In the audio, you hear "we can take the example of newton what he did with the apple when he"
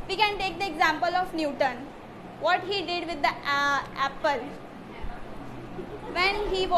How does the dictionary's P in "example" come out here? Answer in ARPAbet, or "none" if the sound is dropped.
P